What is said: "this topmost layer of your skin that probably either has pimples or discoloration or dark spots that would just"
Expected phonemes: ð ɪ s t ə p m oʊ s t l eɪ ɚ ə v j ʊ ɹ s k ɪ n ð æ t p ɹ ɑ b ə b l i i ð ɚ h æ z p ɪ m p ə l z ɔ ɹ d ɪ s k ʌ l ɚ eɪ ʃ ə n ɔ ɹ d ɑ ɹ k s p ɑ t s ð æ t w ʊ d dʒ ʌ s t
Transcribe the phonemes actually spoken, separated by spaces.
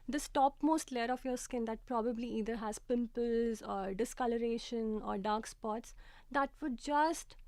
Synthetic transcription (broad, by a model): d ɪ s t ə p m oʊ s t l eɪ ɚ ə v j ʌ ɹ s k ɪ n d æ t p ɹ ɑ b ə b l i i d ɚ h æ z p ɪ m p ə l z ɔ ɹ d ɪ s k ʌ l ɚ eɪ ʃ ə n ɔ ɹ d ɑ ɹ k s p ɑ t s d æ t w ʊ d dʒ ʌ s t